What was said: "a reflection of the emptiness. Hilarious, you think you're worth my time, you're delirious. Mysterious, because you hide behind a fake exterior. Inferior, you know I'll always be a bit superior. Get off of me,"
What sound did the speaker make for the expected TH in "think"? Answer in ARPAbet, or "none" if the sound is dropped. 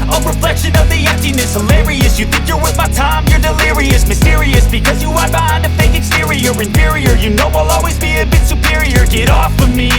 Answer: TH